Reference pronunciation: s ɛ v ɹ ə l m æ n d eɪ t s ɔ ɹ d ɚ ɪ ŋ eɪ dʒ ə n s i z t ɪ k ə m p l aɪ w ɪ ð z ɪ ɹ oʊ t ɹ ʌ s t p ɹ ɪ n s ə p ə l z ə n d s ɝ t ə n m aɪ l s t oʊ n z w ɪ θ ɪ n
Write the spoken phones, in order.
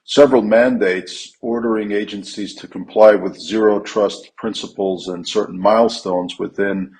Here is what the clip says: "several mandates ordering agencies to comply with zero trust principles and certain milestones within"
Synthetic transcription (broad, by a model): s ɛ v ɹ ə l m æ n d eɪ t s ɔ ɹ d ɚ ɪ ŋ eɪ dʒ ə n s i z t ɪ k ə m p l aɪ w ɪ ð z ɪ ɹ oʊ t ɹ ʌ s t p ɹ ɪ n s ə p l z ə n s ɝ t n m aɪ l s t oʊ n z w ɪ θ ɪ n